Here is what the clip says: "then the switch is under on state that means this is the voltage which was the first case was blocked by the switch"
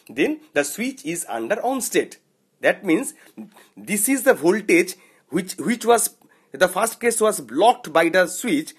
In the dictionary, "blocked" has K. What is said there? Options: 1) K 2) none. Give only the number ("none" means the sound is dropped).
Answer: 1